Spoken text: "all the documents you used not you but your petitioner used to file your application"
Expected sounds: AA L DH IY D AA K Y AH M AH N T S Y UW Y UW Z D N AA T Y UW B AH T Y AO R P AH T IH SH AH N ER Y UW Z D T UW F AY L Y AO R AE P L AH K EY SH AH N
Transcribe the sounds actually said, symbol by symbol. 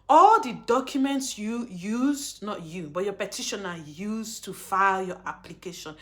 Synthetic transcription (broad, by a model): AA L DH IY D AA K Y AH M AH N T S Y UW Y UW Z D N AA T Y UW B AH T Y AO P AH T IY SH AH N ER Y UW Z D T UW F AY L Y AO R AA P L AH K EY SH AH N